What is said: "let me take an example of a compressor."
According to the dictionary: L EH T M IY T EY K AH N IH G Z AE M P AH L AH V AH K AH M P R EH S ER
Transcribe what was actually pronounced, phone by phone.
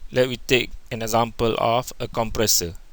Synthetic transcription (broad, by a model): L EH T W IY T EY K AH N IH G Z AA M P AH L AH F AH K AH M P R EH S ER